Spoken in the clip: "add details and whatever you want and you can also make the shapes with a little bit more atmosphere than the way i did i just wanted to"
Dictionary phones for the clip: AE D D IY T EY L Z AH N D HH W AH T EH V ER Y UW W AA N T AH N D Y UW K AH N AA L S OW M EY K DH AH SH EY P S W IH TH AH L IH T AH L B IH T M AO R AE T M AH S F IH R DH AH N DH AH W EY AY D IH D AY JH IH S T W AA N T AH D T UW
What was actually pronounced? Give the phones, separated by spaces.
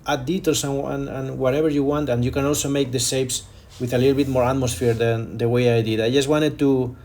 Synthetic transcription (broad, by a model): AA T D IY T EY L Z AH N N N W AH T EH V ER Y UW W AA N T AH N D Y UW K AH N AA L S OW M EY K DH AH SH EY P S W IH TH AH L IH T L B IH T M AO R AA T M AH S F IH R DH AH N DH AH W EY AY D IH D AY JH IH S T W AA N T AH D T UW